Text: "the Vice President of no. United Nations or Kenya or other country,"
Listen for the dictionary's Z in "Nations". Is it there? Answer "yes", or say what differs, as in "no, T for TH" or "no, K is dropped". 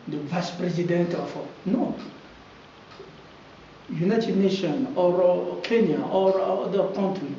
no, Z is dropped